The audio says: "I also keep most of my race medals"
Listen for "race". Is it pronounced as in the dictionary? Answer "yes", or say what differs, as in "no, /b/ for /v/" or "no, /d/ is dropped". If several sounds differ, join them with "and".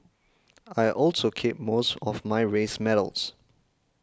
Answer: yes